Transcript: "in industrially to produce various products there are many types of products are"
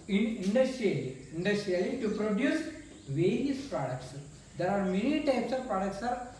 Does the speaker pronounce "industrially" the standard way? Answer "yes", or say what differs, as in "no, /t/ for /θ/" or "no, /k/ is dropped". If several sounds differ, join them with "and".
no, /l/ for /ɹ/